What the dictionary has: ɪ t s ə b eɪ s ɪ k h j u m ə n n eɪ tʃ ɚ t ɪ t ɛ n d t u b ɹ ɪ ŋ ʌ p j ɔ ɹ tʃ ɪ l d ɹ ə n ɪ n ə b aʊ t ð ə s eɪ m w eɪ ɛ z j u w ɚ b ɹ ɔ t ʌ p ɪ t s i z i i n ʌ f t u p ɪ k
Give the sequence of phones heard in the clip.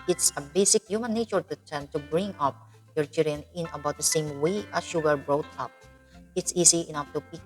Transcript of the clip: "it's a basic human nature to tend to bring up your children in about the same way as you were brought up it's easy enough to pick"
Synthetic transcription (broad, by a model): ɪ t s ə b eɪ s ɪ k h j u m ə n n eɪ tʃ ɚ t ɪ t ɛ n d t u b ɹ ɪ ŋ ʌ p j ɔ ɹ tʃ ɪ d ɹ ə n ɪ n ə b aʊ t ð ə s eɪ m w eɪ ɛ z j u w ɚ b ɹ ɔ t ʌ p ɪ t s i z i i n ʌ f t u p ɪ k